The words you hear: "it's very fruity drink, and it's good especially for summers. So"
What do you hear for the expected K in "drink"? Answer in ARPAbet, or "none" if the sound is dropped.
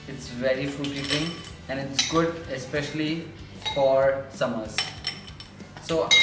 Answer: none